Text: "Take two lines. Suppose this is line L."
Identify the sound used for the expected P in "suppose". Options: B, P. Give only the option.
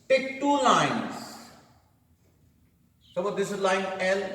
B